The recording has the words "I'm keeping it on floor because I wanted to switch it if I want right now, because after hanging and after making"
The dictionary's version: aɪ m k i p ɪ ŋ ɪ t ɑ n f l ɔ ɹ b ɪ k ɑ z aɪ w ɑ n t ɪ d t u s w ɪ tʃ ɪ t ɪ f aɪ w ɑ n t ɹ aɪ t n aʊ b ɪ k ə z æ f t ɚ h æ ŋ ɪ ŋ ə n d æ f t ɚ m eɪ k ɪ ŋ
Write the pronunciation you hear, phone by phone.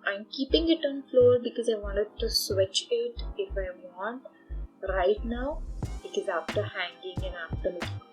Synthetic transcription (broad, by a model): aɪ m k i p ɪ ŋ ɪ t ɑ n f l ɔ ɹ b ɪ k ɑ z aɪ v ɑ n t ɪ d t u s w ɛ tʃ ɪ t ɪ f aɪ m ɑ n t ɹ aɪ t n aʊ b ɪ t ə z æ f t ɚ h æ ŋ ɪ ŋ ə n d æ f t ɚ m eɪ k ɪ